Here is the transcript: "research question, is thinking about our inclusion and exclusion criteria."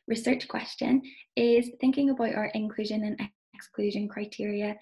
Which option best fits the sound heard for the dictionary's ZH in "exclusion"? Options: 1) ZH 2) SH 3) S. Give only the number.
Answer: 1